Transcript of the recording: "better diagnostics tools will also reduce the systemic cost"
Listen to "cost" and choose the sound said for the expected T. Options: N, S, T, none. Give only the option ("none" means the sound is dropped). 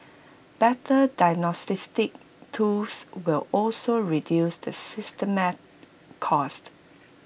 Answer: T